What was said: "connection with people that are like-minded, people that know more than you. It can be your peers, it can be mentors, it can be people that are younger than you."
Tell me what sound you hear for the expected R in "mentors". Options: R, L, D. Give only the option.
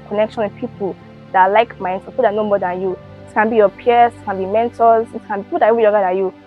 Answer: L